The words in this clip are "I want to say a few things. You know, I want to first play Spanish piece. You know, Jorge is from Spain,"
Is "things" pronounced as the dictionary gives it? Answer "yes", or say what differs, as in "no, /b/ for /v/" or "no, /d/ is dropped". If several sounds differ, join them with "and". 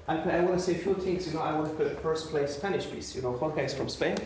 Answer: no, /t/ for /θ/ and /s/ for /z/